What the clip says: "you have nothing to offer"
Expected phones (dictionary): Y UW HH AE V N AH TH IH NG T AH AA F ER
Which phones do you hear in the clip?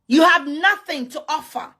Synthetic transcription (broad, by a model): Y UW HH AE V N AH TH IH NG T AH AA F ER